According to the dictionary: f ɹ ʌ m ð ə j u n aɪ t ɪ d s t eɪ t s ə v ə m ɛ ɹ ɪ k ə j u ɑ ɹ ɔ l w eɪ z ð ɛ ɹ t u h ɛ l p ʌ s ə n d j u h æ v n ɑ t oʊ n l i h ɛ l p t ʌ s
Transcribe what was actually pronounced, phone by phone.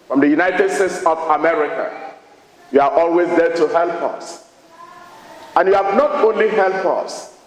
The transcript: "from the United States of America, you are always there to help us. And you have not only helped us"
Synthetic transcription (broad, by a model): f ɹ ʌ m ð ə j u n aɪ t ɪ d s t eɪ t s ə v ə m ɛ ɹ ɪ k ə j u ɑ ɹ ɔ l w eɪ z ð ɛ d t u h ɛ l p ʌ s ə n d j u h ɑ v n ɑ t oʊ n l i h ɛ l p ʌ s